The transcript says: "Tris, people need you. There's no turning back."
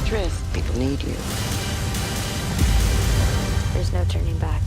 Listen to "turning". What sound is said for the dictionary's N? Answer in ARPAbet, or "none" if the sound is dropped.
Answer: N